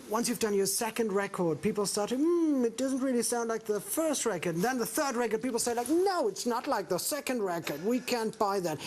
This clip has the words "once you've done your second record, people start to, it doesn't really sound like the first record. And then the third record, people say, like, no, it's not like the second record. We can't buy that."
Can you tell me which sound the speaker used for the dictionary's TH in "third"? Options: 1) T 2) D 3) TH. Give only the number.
3